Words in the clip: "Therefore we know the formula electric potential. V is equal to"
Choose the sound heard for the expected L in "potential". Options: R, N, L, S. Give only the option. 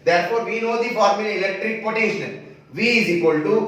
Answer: N